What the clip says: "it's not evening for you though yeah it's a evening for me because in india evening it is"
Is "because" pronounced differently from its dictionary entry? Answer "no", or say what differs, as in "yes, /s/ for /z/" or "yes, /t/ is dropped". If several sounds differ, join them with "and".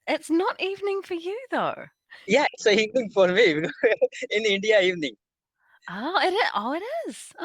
yes, /k/ is dropped